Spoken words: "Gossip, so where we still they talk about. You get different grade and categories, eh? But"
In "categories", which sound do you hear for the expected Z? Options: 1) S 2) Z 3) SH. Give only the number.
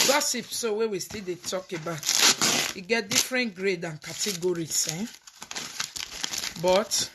1